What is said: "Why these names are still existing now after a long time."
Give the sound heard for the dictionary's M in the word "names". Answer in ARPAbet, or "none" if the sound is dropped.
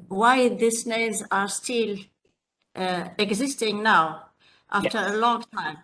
none